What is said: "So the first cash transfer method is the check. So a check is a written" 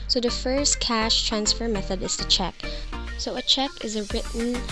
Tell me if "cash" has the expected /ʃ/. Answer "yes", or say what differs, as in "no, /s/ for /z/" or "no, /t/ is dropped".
yes